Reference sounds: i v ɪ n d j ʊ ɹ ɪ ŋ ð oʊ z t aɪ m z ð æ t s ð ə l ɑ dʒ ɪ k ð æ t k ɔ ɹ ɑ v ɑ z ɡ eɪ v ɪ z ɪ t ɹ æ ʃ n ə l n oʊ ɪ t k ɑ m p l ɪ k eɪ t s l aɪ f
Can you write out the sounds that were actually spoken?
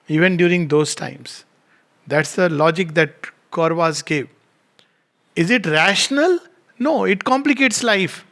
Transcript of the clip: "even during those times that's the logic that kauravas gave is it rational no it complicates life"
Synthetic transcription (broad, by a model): i v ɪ n d j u ɹ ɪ ŋ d oʊ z t aɪ m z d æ t s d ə l ɑ dʒ ɪ k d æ t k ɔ ɹ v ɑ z ɡ eɪ v ɪ z ɪ t ɹ æ ʃ n ə l n oʊ ɪ t k ɑ m p l ɪ k eɪ t s l aɪ f